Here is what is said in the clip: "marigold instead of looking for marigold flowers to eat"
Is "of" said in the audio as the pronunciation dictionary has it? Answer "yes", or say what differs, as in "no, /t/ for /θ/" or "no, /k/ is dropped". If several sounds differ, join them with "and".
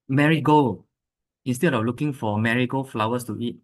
no, /f/ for /v/